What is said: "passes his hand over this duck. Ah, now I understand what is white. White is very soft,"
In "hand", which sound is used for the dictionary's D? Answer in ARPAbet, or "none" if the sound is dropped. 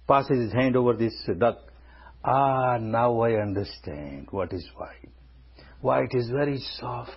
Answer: D